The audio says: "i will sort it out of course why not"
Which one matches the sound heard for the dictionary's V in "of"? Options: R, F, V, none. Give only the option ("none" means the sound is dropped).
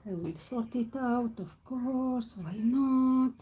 F